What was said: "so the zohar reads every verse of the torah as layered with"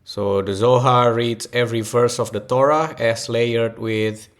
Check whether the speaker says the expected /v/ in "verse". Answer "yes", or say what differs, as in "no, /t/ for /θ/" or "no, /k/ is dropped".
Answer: no, /f/ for /v/